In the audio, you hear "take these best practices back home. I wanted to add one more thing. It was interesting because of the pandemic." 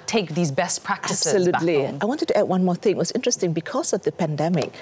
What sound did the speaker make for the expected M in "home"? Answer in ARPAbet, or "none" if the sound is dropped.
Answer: none